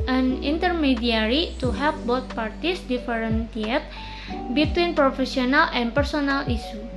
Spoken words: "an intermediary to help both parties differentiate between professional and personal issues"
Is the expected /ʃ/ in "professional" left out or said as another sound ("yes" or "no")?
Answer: yes